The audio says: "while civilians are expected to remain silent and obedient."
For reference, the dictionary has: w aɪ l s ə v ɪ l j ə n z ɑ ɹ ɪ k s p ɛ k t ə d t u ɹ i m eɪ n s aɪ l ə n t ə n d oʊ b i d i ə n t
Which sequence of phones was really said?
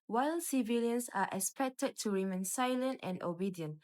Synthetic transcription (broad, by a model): w aɪ l s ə v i l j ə n s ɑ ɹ ɪ k s p ɛ k t ə d t u ɹ i m eɪ n s aɪ l ə n t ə n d oʊ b i d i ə n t